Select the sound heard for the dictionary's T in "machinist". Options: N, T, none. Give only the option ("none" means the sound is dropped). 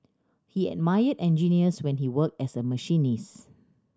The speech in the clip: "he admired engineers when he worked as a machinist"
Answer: none